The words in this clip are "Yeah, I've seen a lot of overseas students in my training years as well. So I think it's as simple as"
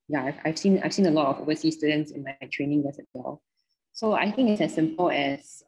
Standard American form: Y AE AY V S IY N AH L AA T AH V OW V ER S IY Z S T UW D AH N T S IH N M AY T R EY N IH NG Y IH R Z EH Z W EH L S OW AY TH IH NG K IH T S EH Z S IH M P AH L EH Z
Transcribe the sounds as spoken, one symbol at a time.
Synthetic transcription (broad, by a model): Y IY AY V S IY N AH L AA T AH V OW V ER S IY S T UW D AH N T S IH N M AY T R EY N IH NG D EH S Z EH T W EH L S OW AY TH IH NG K IH T S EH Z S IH M P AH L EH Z